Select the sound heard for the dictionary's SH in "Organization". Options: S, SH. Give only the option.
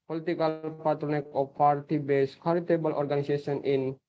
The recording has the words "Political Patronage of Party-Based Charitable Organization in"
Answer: S